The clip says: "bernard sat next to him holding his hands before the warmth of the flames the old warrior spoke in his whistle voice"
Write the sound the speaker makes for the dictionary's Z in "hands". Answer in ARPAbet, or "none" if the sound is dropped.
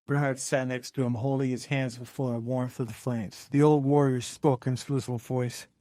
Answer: Z